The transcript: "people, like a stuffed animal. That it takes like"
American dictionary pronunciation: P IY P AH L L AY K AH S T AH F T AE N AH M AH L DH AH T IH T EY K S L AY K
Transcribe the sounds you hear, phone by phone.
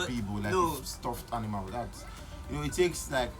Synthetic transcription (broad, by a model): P IY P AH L L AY AH S T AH F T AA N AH M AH W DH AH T IH T EY K S L AY K